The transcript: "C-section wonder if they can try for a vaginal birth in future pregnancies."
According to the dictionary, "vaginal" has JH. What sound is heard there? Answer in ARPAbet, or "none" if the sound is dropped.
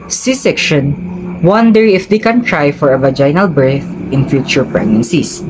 JH